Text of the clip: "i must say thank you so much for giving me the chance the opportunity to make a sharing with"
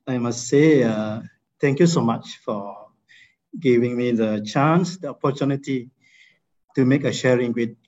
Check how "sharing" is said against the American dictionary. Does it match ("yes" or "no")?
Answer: yes